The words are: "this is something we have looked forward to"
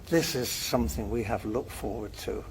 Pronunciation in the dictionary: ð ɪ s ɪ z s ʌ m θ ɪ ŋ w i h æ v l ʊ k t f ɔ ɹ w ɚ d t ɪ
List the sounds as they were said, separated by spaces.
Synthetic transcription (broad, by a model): ð ɪ s ɪ z s ʌ m θ ɪ ŋ w i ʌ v l ʊ k t f ɔ ɹ w ɚ d t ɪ